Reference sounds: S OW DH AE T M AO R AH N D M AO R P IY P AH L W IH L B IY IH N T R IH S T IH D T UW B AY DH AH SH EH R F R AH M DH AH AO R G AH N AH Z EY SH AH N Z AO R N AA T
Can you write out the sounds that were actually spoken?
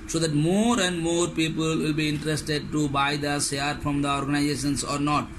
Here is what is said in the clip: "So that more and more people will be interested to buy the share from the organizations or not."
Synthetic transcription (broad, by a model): S OW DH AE T M AO R AH N D M AO R P IY P AH L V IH L B IY IH N T R IH S T IH D T UW B AY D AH S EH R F R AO M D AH AO R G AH N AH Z EY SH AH N S AO R N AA T